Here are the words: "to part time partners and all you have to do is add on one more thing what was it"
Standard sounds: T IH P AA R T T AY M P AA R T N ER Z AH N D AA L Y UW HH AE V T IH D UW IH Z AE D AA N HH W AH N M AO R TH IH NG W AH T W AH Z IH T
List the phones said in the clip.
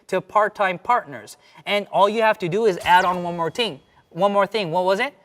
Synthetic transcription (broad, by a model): T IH P AA R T T AY M P AA R T N ER Z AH N AA L Y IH HH AE F T IH D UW IH Z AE D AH N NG W AH N M AO R TH IH NG W AH T W AH Z IH T